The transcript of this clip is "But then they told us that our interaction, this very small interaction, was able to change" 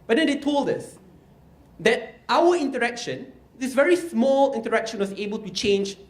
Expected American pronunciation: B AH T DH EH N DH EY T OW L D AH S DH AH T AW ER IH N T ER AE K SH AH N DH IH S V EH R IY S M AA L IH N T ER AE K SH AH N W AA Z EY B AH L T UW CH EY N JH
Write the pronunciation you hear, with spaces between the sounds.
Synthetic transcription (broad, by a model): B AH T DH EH N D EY T OW L D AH S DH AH T AW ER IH N T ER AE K SH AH N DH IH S V EH R IY S M AA L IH N T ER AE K SH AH N W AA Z EY B AH L T UW CH EY N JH